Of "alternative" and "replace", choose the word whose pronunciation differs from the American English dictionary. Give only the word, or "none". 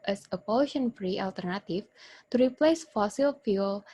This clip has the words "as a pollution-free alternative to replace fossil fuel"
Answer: alternative